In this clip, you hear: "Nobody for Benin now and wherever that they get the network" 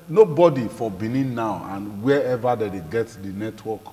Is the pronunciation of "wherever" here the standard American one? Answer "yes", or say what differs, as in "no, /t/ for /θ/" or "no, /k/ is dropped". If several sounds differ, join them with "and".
no, /ɹ/ is dropped